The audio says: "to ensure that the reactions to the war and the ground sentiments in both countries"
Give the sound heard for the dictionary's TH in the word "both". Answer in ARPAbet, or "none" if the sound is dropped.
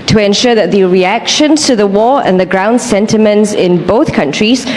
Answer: TH